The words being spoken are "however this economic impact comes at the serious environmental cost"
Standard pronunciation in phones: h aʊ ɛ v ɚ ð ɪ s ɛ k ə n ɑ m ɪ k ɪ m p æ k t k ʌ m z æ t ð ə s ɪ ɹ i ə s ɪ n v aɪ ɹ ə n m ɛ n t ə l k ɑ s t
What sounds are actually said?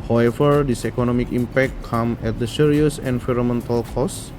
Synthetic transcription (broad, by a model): h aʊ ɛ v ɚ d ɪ s ɛ k ə n ɑ m ɪ k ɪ m p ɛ k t k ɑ m ɛ t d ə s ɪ ɹ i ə s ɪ n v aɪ ɹ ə m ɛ n t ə l k ɑ s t